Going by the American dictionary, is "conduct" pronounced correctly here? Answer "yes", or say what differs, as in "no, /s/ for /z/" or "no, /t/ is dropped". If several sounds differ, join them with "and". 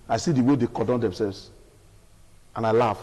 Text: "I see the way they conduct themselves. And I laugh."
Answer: no, /n/ is dropped